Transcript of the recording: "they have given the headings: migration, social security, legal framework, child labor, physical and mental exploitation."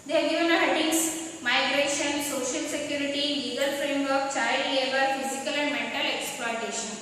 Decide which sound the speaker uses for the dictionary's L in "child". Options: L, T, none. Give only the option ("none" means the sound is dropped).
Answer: none